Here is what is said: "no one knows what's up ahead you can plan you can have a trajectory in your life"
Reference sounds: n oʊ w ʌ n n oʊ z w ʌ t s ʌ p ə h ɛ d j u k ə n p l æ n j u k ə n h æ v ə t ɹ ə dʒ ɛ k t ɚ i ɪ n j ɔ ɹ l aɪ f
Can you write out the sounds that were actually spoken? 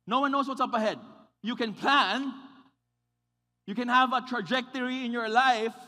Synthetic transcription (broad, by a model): n oʊ w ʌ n n oʊ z w ʌ t s ʌ p ə h ɛ d j u k ə n p l æ n j u k ə n h æ v ə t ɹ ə dʒ ɛ k t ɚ i ɪ n j ɔ ɹ l aɪ f